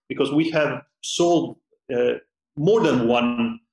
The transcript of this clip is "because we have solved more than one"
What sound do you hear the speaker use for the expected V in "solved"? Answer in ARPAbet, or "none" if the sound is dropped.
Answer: none